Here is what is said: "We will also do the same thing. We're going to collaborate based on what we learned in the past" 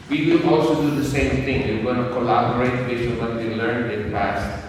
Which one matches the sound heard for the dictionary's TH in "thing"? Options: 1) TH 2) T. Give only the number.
2